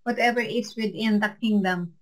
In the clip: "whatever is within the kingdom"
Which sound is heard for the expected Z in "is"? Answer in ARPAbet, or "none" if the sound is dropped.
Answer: S